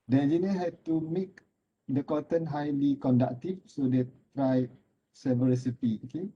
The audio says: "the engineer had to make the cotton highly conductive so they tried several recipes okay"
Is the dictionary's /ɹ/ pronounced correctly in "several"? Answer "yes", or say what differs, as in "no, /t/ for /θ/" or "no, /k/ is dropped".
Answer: no, /ɹ/ is dropped